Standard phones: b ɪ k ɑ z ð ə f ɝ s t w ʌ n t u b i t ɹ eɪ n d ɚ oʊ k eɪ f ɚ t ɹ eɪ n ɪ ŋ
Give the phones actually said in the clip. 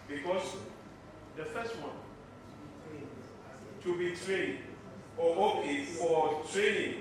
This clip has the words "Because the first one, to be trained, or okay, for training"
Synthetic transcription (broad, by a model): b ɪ k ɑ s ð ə f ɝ s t w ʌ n t u b i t ɹ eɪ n ɔ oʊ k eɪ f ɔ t ɹ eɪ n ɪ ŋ